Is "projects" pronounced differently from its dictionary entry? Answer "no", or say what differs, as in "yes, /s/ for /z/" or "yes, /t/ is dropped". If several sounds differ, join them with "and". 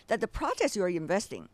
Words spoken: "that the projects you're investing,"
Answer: yes, /k/ is dropped